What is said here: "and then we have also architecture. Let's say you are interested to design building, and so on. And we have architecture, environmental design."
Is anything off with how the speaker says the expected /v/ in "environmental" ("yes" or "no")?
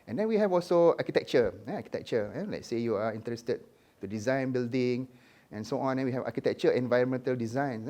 no